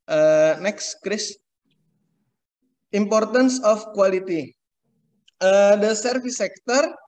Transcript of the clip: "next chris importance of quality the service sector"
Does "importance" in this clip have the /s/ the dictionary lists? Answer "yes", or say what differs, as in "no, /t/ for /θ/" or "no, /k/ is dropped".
yes